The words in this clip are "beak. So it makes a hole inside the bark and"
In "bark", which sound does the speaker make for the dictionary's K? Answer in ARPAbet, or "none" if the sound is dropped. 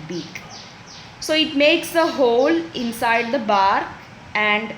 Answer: none